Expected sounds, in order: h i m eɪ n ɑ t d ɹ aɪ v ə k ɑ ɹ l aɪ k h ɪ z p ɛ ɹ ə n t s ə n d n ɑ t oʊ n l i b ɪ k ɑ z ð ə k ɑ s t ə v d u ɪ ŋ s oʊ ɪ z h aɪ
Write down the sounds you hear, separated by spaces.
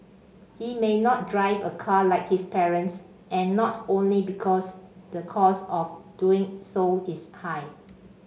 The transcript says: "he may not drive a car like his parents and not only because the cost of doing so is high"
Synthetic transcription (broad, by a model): h i m eɪ n ɑ t d ɹ aɪ v ə k ɑ l aɪ k h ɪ s p ɛ ɹ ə n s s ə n n ɑ t oʊ n l i b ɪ k ɑ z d ə k ɑ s ə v d u ɪ ŋ s oʊ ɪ s h aɪ